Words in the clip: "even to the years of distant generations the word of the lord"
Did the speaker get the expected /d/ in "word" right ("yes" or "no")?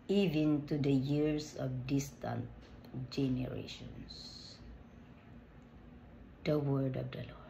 yes